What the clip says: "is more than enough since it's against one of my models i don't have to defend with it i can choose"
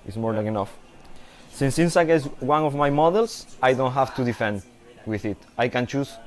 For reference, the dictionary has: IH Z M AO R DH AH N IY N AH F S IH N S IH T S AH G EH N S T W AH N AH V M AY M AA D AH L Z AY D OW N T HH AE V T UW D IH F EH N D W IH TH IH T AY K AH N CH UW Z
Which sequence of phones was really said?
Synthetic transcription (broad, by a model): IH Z M AO R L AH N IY N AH F S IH N S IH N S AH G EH S W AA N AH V M AY M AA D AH L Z AY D OW N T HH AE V T UW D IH F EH N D W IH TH IH T AY K AH N CH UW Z